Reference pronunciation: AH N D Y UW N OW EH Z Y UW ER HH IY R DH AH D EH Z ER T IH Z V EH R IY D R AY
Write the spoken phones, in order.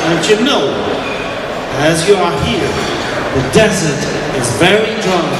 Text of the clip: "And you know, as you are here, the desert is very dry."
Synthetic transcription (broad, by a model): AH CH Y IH N OW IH Z Y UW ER HH IY R DH AH D EH Z ER T IH Z V EH R IY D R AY